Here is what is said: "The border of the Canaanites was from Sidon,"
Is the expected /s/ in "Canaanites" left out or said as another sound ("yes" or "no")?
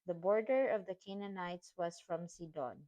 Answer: no